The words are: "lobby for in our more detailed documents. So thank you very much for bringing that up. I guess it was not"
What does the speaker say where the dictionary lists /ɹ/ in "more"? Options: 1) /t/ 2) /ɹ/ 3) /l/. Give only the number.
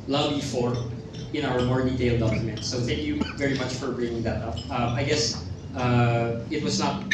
2